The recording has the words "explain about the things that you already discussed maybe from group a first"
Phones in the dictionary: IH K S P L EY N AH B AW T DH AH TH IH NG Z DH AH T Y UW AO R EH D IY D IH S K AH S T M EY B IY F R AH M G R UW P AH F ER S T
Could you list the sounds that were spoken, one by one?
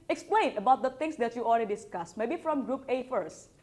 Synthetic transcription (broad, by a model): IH K S P L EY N AH B AW T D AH T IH NG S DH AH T Y UW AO L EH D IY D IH S K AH S M EY B IY F R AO M G R UW P AH F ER S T